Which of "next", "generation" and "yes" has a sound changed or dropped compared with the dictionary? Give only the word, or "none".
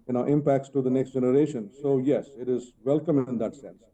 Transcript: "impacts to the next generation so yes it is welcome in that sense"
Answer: none